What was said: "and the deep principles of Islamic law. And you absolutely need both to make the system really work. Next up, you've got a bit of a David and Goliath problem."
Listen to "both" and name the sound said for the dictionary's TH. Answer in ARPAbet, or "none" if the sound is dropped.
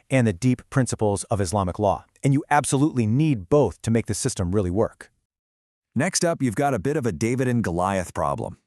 TH